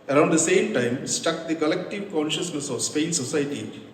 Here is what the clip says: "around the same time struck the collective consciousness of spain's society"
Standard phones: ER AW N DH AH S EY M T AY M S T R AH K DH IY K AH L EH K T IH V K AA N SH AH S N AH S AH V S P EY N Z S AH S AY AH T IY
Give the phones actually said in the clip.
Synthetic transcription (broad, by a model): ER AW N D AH S EY M T AY M S T AH K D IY K AH L EH K T IH V K AA N SH AH S N AH S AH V S P EY N S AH S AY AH T IY